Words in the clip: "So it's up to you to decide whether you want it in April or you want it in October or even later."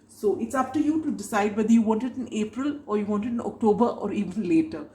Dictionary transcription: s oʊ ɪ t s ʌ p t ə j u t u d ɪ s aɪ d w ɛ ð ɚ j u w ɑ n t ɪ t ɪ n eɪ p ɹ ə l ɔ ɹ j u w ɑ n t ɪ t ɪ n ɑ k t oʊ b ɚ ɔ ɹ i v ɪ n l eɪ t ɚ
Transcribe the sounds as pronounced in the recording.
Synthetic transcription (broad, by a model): s oʊ ɪ t s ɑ f t ə j u t u d ɪ s aɪ d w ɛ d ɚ j u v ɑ n t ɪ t ɪ n eɪ p ɹ ə l ɔ ɹ j u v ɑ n t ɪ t ɪ n ɑ k t oʊ b ɚ ɔ ɹ i v ɪ n l eɪ t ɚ